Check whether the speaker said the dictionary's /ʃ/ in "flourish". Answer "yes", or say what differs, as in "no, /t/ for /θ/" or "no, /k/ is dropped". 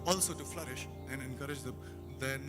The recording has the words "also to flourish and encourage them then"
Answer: yes